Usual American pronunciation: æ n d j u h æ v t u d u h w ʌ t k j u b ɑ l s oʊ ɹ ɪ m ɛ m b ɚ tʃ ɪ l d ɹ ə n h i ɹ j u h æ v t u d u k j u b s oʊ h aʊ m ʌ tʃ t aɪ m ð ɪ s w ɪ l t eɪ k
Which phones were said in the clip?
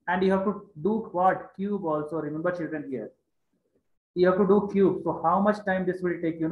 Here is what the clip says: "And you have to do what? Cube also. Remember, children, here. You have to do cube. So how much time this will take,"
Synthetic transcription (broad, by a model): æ n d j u h æ v t u d u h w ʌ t k j u b ɑ l s oʊ ɹ ɪ m ɛ m b ɚ tʃ ɪ l d ɹ ə n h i ɹ j u h æ v t u d u k j u b s oʊ h aʊ m ʌ tʃ t aɪ m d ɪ s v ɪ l t eɪ k